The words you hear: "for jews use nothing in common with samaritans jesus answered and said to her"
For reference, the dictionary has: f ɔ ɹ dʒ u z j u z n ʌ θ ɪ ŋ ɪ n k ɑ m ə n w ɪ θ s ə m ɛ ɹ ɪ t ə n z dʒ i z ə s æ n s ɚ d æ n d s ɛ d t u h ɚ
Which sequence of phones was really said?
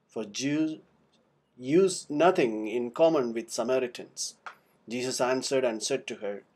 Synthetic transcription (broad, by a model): f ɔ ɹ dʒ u j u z n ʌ t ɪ ŋ ɪ n k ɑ m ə n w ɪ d s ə m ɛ ɹ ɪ t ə n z dʒ i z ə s æ n s ɚ d æ n d s ɛ d t u h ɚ